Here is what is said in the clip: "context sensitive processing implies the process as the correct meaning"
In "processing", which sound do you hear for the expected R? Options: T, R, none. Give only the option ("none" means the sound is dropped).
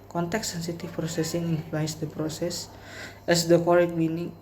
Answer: R